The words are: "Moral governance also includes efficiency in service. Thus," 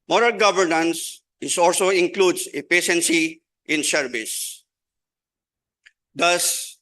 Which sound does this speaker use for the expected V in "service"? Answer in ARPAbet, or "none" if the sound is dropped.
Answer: B